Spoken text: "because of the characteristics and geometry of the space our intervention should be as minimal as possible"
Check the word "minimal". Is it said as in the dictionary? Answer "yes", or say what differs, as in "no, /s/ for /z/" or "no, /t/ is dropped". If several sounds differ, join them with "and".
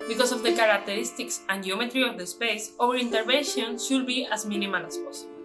no, /n/ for /l/